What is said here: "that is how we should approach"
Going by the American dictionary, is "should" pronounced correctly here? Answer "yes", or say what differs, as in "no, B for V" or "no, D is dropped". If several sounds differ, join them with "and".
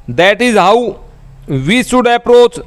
no, S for SH